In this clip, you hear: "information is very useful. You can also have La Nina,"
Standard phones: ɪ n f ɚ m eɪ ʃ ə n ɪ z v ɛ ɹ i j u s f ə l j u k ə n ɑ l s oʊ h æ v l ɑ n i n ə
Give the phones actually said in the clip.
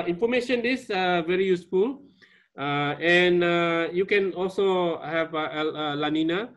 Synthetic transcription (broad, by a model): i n f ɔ m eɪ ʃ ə n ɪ s v ɛ ɹ i j u s f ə l j u k ə n ɑ l s oʊ h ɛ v l ɑ n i n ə